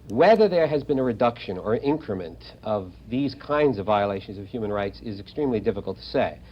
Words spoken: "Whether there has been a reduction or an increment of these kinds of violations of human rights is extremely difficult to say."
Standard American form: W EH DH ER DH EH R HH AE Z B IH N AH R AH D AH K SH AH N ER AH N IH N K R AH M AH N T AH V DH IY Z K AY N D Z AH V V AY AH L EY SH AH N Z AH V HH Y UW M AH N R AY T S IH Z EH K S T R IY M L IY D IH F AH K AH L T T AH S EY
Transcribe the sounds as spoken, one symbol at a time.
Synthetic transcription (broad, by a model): W EH DH ER DH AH R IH Z B IH N AH R AH D AH K SH AH N ER AH N IH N K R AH M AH N T AH V DH IY Z K AY N D Z AH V V AY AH L EY SH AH N Z AH V HH Y UW M AH N R AY T S IH Z EH K S T R IY M L IY D IH F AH K L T T AH S EY